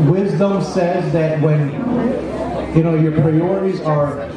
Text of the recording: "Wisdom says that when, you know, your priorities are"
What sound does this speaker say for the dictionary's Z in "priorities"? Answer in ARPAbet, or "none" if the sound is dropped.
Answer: Z